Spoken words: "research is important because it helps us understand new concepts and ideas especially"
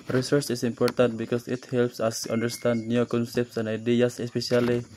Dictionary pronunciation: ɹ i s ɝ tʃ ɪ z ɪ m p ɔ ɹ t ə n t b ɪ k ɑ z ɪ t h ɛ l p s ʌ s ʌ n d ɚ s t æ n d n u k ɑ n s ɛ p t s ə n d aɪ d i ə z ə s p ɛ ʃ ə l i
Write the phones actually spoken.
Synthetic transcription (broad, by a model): ɹ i s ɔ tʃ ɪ s ɪ m p ɔ ɹ t ə n t b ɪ k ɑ s ɪ t h ɛ l p s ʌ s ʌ n d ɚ s t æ n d n u k ɑ n s ɛ p t s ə n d aɪ d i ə s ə s p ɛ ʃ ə l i